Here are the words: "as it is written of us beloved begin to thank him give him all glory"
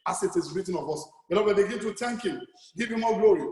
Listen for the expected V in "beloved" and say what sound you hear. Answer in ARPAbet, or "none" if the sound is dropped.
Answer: B